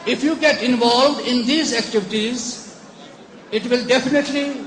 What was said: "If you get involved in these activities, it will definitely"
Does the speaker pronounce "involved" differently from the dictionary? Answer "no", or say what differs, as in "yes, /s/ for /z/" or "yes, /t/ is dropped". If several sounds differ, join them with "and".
no